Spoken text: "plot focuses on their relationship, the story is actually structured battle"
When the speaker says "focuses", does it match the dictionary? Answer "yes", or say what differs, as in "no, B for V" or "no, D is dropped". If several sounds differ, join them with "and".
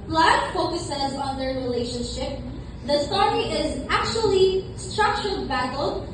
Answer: yes